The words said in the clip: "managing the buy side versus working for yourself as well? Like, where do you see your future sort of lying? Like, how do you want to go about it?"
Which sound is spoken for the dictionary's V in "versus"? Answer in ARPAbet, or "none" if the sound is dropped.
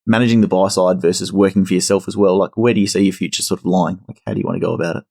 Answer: V